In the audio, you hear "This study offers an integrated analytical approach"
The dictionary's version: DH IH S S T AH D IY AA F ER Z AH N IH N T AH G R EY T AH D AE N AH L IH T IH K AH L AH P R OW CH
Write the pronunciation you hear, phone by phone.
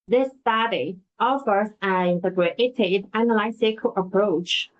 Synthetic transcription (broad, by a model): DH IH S S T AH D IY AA F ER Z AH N IH N T AH G R EY T AH D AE N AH L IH S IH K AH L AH P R OW CH